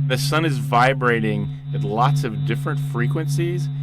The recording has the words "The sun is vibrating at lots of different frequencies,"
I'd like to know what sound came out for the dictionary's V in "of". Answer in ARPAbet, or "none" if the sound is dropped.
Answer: V